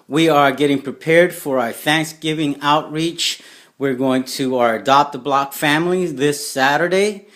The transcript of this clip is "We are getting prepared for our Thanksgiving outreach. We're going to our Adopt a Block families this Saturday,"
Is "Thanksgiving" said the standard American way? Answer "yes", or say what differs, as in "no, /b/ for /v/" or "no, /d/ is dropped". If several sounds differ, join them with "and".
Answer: yes